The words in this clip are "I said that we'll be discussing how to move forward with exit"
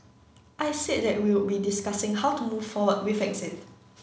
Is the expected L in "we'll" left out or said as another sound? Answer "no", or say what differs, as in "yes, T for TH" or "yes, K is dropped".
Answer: yes, W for L